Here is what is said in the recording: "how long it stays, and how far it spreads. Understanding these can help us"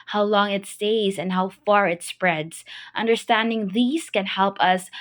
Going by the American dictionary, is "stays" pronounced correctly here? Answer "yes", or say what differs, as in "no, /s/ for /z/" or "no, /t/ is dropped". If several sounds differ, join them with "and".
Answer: yes